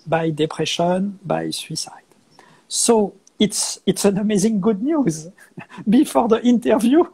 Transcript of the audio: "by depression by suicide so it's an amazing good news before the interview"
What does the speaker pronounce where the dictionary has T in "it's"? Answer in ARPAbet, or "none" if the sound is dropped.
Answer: T